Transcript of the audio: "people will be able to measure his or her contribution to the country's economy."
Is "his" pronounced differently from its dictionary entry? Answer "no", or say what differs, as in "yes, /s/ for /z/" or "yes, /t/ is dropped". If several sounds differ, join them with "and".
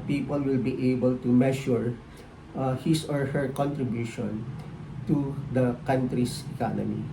yes, /s/ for /z/